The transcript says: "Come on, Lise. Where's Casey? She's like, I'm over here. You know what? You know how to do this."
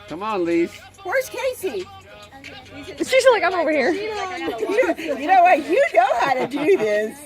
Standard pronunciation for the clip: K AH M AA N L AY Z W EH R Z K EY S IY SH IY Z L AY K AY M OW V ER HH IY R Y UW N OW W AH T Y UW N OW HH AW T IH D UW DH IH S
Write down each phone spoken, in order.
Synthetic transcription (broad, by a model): K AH M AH N L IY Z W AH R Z K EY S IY S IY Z L AY K AY M OW V ER HH IY R Y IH N OW W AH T Y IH N OW HH AW T IH D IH DH IH S